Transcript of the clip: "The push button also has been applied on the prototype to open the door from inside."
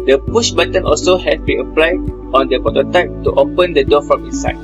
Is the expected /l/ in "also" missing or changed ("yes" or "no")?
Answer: no